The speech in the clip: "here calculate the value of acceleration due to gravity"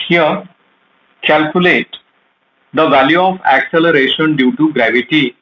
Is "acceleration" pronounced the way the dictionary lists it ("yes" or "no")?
yes